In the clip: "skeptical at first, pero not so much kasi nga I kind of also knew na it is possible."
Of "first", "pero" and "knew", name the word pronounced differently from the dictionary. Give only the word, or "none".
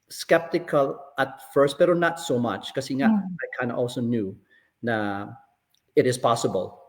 pero